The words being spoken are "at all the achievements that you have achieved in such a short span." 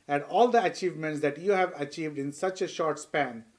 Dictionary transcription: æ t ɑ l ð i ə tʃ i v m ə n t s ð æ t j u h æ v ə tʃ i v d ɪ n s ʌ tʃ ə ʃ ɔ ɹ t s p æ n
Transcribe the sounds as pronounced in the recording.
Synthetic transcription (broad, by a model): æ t ɑ l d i ə tʃ i v m ə n t s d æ t j u h æ v ə tʃ i v d ɪ n s ʌ tʃ ə ʃ ɔ ɹ t s p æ n